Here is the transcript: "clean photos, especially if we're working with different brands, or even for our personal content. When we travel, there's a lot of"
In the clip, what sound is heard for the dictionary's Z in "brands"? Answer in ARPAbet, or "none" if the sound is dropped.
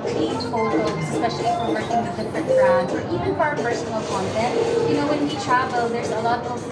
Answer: none